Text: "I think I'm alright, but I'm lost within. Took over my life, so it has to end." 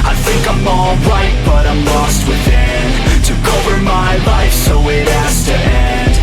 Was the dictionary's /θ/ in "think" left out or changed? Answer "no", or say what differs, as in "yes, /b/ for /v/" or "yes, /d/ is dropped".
no